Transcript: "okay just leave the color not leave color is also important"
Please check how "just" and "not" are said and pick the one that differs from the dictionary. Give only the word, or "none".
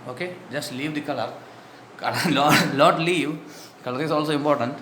not